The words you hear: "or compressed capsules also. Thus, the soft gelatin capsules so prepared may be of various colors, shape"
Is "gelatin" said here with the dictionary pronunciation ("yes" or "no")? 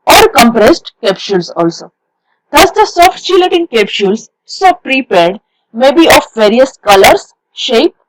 no